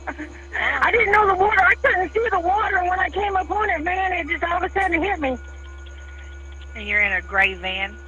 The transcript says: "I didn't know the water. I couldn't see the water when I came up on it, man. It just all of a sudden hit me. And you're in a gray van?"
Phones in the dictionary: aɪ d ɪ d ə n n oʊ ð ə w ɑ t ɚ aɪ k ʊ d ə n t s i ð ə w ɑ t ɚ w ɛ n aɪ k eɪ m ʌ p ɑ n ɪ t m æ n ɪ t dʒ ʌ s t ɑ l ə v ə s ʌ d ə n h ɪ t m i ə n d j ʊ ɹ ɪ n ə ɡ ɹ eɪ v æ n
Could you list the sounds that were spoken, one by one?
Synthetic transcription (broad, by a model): aɪ d ɪ d n n oʊ ð ə w ɑ t ɚ aɪ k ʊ d n t s i ð ə w ɑ t ɚ w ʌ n aɪ k eɪ m ʌ p ɑ n ɪ t m æ n ɪ t dʒ ʌ s t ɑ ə w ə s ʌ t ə h ɪ t m i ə n j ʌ ɹ ɪ n ə ɡ ɹ eɪ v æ n